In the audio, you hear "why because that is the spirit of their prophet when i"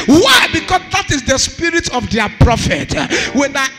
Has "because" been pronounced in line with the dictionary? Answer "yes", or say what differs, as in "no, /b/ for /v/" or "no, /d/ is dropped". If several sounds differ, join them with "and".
no, /s/ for /z/